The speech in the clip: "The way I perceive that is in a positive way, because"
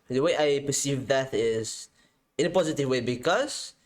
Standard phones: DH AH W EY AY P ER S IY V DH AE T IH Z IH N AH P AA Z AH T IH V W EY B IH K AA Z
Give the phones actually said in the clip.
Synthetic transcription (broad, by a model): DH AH W EY AY P ER S IY V DH AE T IH Z IH N AH P AA Z AH T IH V W EY B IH K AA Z